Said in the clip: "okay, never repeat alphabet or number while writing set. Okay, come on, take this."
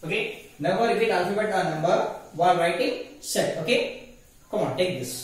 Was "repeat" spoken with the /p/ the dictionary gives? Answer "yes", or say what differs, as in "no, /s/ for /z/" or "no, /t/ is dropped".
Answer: no, /f/ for /p/